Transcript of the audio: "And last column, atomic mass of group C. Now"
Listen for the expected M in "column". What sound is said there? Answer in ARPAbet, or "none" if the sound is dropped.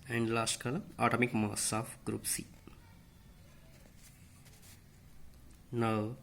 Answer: none